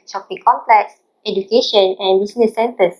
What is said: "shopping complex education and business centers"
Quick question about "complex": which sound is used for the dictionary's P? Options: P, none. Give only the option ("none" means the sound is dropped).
P